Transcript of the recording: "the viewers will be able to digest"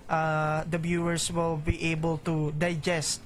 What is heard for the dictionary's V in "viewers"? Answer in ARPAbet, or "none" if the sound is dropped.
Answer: B